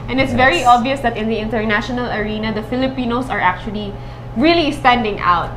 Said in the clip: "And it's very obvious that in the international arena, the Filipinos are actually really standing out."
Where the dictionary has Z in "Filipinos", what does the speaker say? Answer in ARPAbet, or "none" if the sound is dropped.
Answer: S